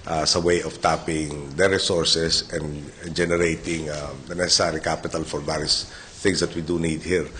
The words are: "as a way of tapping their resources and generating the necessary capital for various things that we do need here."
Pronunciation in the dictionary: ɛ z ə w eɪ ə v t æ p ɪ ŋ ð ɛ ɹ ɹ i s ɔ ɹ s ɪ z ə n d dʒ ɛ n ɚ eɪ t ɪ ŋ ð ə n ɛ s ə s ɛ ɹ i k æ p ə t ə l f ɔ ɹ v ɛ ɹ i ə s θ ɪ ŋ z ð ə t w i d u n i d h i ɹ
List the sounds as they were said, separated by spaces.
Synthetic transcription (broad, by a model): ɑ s ə w eɪ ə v t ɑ p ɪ ŋ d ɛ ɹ ɹ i s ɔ ɹ s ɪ s ə n d dʒ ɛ n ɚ eɪ t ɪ ŋ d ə n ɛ s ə s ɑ ɹ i k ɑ p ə t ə l f ɔ ɹ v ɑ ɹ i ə s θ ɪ ŋ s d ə t w i d u n i d h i ɹ